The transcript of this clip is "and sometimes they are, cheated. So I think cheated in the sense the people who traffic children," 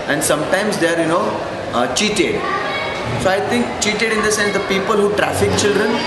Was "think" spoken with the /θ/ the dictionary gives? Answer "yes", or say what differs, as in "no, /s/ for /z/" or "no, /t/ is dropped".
no, /t/ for /θ/